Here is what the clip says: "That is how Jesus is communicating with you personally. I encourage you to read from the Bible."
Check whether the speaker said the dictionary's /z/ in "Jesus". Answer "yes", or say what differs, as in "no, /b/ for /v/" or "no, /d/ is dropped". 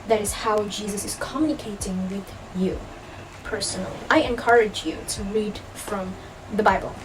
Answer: yes